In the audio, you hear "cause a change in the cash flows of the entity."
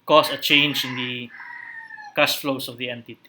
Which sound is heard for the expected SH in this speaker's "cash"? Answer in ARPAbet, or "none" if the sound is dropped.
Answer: S